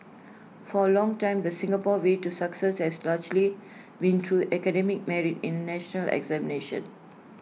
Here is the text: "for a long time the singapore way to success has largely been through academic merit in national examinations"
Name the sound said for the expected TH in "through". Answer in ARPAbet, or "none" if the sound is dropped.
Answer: T